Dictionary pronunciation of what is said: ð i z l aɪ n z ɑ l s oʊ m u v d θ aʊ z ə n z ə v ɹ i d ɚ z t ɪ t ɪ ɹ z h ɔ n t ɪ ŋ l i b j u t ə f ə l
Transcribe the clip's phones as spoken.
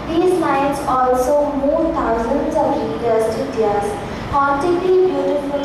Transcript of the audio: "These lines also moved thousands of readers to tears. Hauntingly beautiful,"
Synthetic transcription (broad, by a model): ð i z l aɪ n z ɑ l s oʊ m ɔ d t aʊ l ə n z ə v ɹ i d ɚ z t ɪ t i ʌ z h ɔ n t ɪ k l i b j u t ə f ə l